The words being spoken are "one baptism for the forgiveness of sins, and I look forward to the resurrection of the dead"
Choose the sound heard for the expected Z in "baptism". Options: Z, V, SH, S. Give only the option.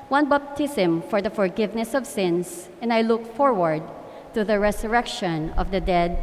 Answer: S